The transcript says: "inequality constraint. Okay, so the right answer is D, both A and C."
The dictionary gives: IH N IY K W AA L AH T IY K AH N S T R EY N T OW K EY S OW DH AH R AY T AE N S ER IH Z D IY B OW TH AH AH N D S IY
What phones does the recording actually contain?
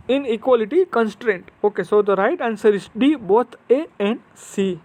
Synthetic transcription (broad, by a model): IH N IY K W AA L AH T IY K AH N S T R EY N T OW K EY S OW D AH R AY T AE N S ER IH S D IY B OW T AH AH N D S IY